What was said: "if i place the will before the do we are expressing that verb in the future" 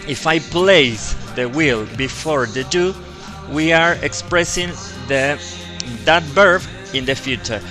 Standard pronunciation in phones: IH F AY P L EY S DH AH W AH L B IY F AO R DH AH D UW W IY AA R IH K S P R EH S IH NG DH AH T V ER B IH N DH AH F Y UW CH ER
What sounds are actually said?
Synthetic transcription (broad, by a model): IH F AY P L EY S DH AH W AH L B IY F AO R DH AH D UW W IY AA R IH K S P R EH S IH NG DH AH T B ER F IH N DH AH F Y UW CH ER